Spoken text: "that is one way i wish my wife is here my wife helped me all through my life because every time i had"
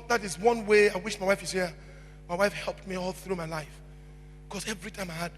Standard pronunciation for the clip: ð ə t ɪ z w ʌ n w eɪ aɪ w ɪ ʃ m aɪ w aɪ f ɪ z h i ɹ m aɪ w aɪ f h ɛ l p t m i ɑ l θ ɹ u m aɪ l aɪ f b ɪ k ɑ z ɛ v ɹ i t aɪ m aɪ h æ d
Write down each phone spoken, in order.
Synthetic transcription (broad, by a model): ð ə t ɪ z w ʌ n w eɪ aɪ w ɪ ʃ m aɪ w aɪ f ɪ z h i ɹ m aɪ w aɪ f h ɛ l p t m i ɑ l θ ɹ u m aɪ l aɪ f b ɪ k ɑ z ɛ v ɹ i t aɪ m aɪ h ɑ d